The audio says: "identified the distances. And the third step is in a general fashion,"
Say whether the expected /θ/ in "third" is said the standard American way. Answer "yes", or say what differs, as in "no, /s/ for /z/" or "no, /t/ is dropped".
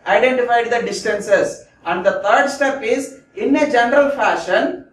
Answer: no, /t/ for /θ/